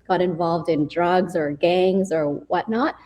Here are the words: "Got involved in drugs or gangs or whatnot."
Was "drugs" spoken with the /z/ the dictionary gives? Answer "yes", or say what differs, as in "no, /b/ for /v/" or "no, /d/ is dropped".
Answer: yes